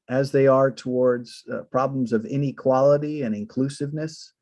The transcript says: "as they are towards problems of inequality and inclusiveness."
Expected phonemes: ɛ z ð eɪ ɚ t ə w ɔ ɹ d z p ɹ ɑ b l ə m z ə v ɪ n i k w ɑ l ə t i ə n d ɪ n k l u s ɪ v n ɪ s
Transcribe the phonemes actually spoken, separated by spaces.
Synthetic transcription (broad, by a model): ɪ z ð eɪ ɚ t ə w ɔ ɹ d z p ɹ ɑ b l ə m z ə v ɪ n i k w ɑ l ə t i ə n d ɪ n k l u s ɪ v n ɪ s